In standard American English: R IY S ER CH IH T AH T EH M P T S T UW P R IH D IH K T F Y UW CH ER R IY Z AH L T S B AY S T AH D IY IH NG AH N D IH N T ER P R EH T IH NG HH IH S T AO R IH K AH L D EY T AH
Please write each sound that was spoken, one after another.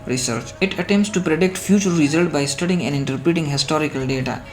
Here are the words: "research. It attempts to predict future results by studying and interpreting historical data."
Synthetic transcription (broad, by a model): R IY S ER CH IH T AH T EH M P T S T UW P R IH D IH K T F Y UW CH ER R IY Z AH L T B AY S T AH D IY IH NG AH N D IH N T ER P R EH T IH NG HH IH S T AO R IH K AH L D EY T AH